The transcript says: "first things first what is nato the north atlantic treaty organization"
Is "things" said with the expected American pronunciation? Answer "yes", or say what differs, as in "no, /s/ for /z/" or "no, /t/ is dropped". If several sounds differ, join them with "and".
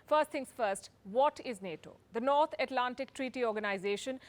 no, /t/ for /θ/ and /s/ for /z/